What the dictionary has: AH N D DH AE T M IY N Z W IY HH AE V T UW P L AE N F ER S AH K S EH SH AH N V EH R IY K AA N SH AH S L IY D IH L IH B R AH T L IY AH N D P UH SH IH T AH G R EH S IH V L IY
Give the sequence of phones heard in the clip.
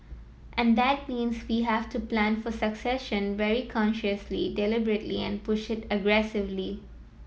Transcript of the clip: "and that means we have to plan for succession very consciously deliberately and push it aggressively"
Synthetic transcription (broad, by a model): AH N D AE T M IY N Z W IY HH AE V T UW P L AE N F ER S AH K S EH SH AH N V EH R IY K AA N SH AH S L IY D IH L IH B R AH T L IY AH N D P UH SH IH T AH G R EH S IH V L IY